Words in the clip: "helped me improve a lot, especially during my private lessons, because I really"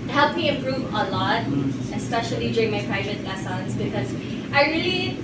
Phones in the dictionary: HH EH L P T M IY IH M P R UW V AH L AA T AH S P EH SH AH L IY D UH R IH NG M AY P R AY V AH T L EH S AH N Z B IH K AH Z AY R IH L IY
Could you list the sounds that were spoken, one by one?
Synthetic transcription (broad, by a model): HH EH L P M IY IH M P R UW V AH L AA T AH S P EH SH AH L IY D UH R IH NG M AY P R AY V AH T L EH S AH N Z B IH K AH Z AY R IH L IY